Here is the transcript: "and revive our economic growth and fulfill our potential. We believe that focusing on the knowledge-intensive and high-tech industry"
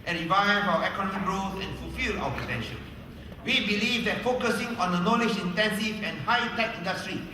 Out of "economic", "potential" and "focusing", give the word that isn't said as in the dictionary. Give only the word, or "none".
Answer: potential